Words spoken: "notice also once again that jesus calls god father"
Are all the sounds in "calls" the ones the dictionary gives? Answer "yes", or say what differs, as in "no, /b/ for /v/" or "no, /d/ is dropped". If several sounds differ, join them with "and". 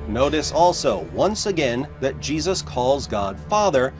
yes